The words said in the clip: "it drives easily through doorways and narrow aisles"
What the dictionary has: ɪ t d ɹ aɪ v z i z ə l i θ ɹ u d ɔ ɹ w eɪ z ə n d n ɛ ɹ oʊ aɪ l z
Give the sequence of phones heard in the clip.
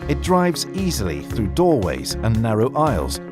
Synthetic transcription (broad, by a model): ɪ t d ɹ aɪ v z i z ə l i θ ɹ u d ɔ ɹ w eɪ z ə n n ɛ ɹ oʊ aɪ l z